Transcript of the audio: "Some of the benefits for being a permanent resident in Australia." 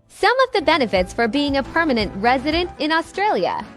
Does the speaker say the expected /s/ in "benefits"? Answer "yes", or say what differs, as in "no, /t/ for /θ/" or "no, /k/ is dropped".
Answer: yes